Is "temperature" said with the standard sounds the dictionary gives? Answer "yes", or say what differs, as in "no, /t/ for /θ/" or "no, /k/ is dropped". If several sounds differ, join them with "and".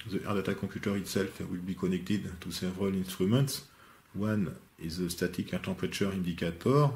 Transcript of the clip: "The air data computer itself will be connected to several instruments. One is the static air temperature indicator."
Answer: no, /m/ is dropped